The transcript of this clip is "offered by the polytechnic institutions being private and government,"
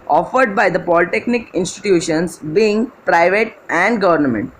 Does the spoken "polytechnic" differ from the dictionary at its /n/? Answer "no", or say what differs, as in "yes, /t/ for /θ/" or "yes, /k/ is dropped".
no